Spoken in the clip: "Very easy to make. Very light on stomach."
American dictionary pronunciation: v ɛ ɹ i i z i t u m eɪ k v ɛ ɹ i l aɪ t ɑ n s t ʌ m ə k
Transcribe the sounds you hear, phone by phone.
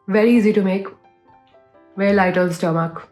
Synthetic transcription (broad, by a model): v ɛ ɹ i i z i t u m eɪ k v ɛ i l aɪ t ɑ l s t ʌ m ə k